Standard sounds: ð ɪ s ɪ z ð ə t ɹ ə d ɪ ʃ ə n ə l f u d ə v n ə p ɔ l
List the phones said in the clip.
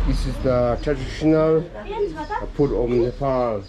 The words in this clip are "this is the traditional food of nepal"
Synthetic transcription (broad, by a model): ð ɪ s ɪ z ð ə t ɹ ə d ɪ ʃ ə n ə l p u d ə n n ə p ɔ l